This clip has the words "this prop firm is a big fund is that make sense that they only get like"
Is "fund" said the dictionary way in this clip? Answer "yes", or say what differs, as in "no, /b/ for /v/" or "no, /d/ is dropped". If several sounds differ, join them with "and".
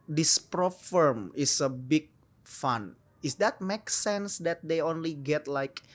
no, /d/ is dropped